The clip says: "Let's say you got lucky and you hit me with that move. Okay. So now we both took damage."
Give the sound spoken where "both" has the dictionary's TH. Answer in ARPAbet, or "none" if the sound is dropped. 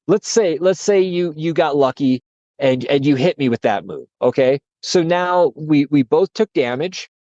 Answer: TH